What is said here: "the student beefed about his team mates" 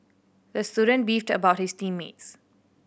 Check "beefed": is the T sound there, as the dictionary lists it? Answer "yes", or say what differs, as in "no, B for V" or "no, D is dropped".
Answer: yes